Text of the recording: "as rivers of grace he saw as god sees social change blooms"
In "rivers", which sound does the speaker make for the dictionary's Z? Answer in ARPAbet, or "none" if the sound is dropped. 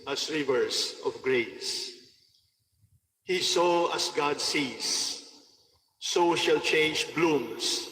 S